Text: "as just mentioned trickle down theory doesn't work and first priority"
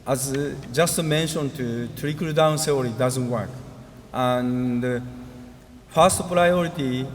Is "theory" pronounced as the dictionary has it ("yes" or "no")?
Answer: no